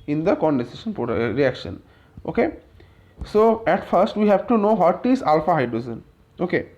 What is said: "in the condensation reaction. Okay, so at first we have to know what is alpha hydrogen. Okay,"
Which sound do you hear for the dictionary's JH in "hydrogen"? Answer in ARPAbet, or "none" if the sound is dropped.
Z